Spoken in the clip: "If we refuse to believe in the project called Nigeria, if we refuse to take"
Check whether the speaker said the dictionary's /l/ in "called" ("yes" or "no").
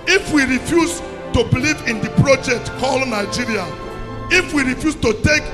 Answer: yes